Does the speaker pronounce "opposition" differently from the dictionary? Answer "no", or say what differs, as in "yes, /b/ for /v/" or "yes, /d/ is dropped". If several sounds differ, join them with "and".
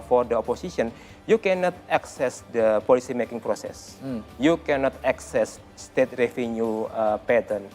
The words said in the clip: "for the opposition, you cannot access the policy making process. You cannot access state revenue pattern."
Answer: yes, /s/ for /z/